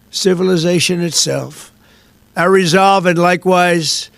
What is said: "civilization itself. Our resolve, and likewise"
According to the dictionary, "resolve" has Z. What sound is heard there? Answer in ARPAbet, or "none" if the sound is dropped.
Z